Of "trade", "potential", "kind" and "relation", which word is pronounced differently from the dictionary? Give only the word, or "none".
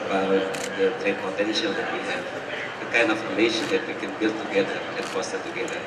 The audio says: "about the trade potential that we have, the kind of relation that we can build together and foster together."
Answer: trade